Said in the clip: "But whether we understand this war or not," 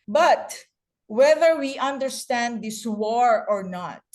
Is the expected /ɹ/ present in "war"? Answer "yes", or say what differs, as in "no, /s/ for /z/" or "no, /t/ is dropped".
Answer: yes